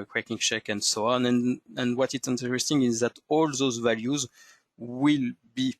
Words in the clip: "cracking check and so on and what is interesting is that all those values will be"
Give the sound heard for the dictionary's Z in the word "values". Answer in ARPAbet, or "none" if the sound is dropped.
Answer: Z